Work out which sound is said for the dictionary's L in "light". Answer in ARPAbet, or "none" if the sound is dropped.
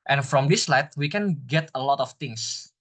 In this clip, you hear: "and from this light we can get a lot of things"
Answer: L